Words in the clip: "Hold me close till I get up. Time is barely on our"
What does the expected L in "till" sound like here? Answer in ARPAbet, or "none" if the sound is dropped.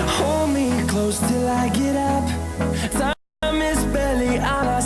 L